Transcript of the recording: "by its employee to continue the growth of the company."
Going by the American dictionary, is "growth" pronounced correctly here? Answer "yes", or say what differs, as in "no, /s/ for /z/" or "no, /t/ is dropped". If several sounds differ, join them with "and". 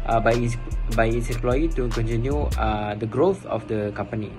yes